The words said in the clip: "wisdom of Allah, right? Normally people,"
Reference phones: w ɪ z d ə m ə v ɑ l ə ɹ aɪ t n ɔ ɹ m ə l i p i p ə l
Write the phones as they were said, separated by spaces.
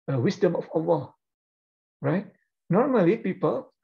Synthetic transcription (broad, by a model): w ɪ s d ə m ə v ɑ w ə ɹ aɪ t n ɔ ɹ m ə l i p i p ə l